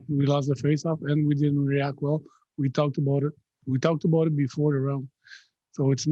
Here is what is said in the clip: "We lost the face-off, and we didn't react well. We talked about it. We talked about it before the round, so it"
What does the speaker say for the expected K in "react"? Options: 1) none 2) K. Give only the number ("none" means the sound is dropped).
2